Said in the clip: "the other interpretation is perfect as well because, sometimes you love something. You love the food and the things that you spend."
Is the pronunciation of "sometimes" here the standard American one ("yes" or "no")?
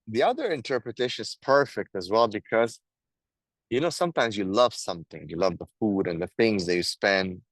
yes